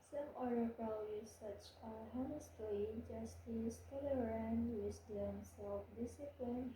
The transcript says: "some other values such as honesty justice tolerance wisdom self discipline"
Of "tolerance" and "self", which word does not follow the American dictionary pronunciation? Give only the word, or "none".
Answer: tolerance